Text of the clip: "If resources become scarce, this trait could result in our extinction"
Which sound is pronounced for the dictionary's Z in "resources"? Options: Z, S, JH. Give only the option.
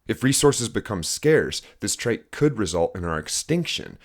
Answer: Z